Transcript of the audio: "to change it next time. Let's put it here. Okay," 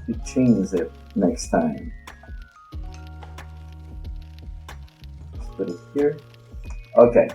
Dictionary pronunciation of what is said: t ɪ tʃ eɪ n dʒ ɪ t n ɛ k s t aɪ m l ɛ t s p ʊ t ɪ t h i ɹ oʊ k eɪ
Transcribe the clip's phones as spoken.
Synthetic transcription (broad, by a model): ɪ tʃ eɪ n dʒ ɪ t n ɛ k s t aɪ m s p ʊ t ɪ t h i ɹ oʊ k eɪ